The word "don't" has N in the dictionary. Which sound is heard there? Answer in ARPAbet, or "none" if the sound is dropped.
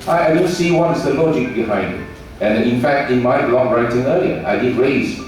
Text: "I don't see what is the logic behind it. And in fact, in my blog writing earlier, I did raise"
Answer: L